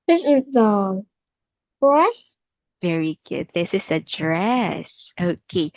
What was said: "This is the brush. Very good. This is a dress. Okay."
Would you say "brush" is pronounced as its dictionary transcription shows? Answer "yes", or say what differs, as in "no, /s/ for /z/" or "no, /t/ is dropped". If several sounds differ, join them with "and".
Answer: no, /s/ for /ʃ/